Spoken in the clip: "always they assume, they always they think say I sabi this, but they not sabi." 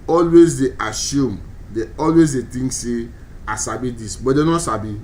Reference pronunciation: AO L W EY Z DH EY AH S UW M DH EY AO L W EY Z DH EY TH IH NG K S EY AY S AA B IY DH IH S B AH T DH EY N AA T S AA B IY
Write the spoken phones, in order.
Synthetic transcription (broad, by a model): AO L W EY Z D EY AH S UW M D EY AO L W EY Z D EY T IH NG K S EY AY S AA B IY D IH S B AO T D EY N AA T S AA B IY